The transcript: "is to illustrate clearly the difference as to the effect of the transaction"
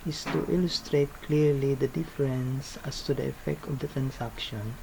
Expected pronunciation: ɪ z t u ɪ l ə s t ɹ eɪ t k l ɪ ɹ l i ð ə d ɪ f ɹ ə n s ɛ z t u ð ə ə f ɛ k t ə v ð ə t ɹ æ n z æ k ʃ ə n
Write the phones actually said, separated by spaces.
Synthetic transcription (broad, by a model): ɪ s t u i l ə s t ɹ eɪ t k l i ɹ l i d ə d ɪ f ɹ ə n s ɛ s t u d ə ə f ɛ k t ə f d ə t ɹ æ n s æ k ʃ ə n